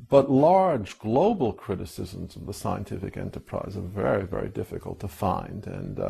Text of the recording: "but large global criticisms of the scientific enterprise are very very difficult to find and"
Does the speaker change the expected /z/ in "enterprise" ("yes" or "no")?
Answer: no